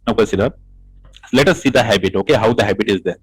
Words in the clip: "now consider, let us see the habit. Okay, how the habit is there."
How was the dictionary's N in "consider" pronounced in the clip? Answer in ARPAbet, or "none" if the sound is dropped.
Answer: none